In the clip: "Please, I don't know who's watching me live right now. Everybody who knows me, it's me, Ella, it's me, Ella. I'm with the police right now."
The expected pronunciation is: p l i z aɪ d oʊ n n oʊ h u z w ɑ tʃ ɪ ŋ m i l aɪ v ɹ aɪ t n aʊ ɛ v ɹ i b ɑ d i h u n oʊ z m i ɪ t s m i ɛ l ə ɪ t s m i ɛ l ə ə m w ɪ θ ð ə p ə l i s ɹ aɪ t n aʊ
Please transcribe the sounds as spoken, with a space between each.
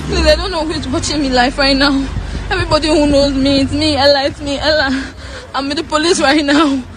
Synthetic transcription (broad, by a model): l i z aɪ d oʊ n n oʊ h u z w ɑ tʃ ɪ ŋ m i l aɪ f ɹ aɪ t n aʊ ɛ v ɹ i b ɑ d i h u n oʊ z m i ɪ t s m i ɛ l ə ɪ t s m i ɛ l ə ə m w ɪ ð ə p ə l i s ɹ aɪ t n aʊ